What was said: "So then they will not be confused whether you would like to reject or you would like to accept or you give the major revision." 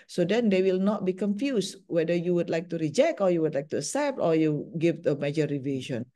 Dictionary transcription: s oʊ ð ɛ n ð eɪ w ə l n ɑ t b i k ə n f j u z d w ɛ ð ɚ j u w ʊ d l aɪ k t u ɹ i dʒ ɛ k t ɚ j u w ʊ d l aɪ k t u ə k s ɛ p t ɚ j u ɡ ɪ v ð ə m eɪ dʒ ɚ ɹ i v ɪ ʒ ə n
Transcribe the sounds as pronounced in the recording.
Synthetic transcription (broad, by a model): s oʊ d ɛ n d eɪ w ə l n ɑ t b i k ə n f j u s w ɛ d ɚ j u w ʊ d l aɪ k t u ɹ i dʒ ɛ k t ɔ j u w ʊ d l aɪ k t u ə s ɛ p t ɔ j u ɡ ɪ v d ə m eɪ dʒ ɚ ɹ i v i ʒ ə n